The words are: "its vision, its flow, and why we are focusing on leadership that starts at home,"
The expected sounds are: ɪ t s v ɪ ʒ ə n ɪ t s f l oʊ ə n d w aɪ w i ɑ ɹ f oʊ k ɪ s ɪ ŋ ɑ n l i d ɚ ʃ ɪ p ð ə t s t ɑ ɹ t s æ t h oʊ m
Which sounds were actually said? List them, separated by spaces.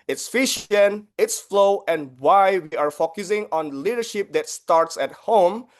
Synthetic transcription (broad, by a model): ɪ t s f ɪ ʃ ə n ɪ t s f l oʊ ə n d w aɪ w i ɑ ɹ f oʊ k ɪ s ɪ ŋ ɑ n l i d ɚ ʃ ɪ p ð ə t s t ɑ ɹ t s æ t h oʊ m